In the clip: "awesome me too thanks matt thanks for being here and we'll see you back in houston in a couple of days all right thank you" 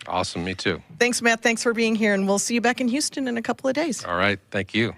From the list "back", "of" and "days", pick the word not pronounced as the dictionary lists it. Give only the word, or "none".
none